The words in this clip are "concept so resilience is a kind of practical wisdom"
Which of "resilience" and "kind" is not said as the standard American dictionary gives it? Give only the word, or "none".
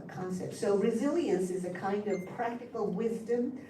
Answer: none